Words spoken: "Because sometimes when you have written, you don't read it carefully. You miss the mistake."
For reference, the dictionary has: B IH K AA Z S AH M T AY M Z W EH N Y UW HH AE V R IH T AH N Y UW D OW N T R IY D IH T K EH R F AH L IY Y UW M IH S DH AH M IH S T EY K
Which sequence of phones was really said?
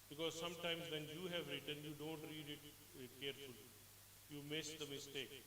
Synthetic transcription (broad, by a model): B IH K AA Z S AH M T AY M Z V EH N Y UW HH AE V R IH T AH N Y UW D OW N T R IY D IH T K EH R F AH L IY Y UW M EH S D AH M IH S T EY K